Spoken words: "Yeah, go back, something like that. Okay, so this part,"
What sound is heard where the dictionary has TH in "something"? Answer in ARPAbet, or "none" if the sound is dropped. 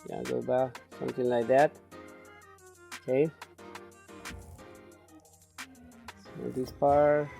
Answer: T